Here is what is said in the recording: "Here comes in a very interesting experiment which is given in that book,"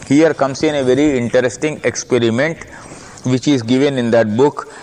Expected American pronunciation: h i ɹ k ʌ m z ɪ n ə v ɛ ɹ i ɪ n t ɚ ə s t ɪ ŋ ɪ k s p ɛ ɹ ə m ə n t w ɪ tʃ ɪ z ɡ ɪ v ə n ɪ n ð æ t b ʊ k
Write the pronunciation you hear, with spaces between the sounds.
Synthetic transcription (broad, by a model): h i ɹ k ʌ m s ɪ n ə v ɛ ɹ i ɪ n t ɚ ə s t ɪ ŋ ɪ k s p ɛ ɹ ə m ə n t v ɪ tʃ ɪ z ɡ ɪ v ə n ɪ n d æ t b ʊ k